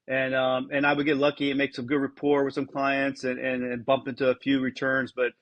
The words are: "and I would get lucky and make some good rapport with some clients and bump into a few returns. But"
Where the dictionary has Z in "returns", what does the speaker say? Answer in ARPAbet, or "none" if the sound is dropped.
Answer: Z